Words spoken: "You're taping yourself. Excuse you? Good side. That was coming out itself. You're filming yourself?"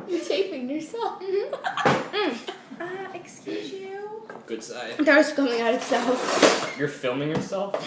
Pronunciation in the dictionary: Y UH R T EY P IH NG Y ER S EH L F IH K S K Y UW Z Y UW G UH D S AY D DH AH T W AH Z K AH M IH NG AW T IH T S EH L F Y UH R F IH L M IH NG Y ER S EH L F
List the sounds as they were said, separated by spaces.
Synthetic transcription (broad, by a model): Y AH R T EY P IH NG Y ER S EH L F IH K S K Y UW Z Y UW G UH D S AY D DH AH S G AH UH IH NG AW T IH T S EH L F Y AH R F IH L M IH NG Y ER S EH L F